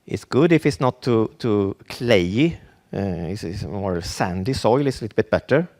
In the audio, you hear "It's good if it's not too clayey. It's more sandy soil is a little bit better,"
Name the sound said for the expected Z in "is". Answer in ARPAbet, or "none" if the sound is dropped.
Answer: S